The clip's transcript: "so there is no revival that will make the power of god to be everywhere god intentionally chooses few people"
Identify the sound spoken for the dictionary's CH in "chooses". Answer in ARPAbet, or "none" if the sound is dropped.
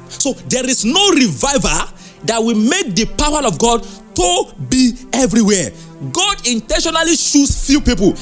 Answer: SH